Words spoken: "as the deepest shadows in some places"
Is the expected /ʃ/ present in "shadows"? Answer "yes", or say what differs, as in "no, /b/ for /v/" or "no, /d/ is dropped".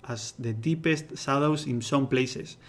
no, /s/ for /ʃ/